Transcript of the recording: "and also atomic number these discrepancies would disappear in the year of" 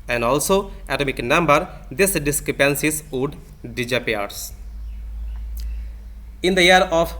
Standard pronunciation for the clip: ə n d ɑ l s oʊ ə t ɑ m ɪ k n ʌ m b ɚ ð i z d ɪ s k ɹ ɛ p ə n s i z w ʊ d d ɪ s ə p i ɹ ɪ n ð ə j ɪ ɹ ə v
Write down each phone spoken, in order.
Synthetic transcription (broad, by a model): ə n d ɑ l s oʊ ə t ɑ m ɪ k n ʌ m b ɚ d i s d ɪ s k ɹ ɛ p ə n s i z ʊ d d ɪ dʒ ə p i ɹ ɪ n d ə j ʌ ɹ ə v